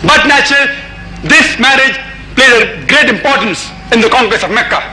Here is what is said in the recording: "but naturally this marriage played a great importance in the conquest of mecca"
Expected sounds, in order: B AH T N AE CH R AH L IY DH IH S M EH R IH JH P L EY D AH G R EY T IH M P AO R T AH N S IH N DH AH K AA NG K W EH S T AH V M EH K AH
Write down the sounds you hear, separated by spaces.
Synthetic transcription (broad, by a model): B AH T N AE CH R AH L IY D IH S M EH R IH JH P L EY D AH G R EY T IH M P AO R T AH N S IH N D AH K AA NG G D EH S AH V M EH K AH